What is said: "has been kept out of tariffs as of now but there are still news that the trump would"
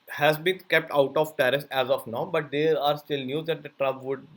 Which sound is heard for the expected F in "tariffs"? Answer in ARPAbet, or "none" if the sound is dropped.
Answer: none